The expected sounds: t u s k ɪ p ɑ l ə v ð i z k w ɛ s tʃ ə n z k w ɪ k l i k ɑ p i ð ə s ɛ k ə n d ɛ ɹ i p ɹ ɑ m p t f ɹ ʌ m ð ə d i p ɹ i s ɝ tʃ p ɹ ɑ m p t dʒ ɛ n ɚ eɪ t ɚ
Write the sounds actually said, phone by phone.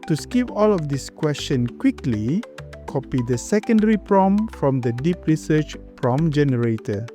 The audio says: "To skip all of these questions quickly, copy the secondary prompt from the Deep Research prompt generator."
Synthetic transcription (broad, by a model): t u s k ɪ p ɑ l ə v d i s k w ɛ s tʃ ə n k w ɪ k l i k ɑ p i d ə s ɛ k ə n d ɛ ɹ i p ɹ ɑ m f ɹ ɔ m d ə d i p ɹ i s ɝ tʃ p ɹ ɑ m dʒ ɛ n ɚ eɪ t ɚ